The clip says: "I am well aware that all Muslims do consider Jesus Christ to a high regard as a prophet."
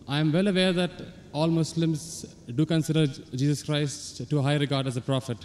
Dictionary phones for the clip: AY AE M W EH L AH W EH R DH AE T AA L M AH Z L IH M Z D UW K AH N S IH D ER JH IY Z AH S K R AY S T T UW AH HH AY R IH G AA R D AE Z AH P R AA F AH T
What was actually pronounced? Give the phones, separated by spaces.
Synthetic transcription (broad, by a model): AY M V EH L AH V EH R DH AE T AA L M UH S L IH M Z D UW K AH N S IH D ER JH IY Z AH S K R AY S T T UW HH AY R IH G AA R D AE Z AH P R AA F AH T